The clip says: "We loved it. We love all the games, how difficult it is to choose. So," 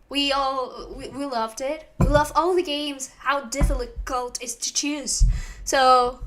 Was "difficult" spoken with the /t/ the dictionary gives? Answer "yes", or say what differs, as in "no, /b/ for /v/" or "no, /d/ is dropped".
yes